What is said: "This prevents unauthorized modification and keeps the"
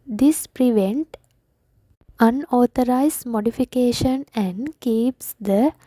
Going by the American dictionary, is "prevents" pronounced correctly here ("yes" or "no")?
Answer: no